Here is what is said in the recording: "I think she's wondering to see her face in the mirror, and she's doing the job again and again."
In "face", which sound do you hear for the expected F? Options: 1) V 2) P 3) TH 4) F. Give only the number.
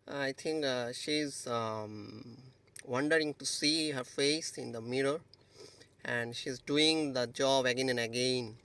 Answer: 4